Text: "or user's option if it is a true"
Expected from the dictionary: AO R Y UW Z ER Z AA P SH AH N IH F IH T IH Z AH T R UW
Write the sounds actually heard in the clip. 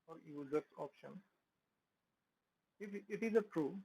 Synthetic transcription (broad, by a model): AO R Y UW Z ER S AA P SH AH N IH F IH T IH Z AH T R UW